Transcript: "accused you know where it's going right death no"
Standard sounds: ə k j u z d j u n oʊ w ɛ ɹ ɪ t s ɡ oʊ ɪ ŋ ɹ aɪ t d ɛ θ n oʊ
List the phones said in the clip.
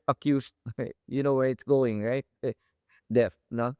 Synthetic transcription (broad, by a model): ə k j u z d j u n oʊ w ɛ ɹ ɪ t s ɡ oʊ ɪ ŋ ɹ aɪ t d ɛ f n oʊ